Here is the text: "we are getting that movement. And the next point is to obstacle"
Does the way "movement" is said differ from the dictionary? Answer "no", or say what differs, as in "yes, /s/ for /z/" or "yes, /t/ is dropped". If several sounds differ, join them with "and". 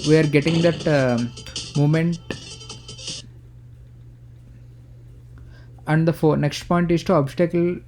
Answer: yes, /v/ is dropped